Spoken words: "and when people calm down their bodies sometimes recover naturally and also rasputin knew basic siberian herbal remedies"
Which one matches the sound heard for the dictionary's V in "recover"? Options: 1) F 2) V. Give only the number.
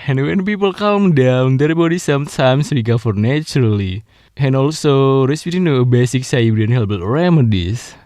1